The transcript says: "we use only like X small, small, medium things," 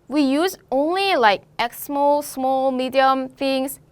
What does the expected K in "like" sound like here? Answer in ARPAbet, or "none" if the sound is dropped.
K